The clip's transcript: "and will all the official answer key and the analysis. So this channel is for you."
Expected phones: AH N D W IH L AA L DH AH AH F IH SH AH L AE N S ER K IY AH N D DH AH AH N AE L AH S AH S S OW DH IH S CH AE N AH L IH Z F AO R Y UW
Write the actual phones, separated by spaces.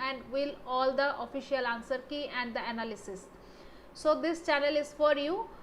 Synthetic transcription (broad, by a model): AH N D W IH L AA L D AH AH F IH SH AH L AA N S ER K IY AH N D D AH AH N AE L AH S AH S S OW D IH S CH AE N AH L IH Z F AO R Y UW